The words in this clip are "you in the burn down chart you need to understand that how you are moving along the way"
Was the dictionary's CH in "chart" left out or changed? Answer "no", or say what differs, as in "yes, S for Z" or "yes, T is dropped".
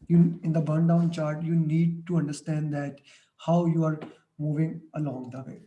no